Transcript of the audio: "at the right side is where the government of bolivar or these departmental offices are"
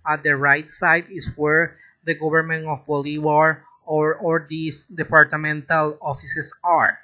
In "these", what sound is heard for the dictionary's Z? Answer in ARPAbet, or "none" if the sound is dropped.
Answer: S